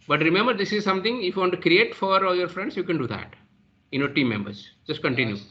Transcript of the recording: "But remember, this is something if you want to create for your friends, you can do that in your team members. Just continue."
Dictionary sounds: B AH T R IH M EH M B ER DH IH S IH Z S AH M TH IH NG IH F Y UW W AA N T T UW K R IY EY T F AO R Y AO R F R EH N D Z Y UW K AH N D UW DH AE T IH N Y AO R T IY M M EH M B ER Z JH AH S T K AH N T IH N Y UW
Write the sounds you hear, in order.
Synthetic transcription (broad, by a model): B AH T R IH M EH M B ER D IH S IH Z S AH M T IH NG IH F Y UW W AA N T T UW K R IY EY T F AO R Y AO R F R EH N D S Y UW K AH N D UW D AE T IH N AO T IY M M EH M B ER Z JH AH S T K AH N T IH N Y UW